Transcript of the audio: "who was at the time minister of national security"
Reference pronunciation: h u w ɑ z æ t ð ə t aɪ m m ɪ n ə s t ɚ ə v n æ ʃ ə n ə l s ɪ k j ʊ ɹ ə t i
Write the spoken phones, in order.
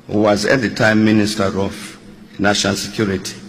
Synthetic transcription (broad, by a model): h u w ɑ z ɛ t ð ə t aɪ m m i n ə s t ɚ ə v n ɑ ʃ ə n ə l s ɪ k j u ɹ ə t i